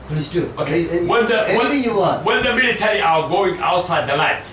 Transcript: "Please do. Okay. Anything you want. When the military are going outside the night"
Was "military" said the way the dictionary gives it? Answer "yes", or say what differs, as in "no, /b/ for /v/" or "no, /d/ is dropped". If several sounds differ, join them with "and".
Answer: yes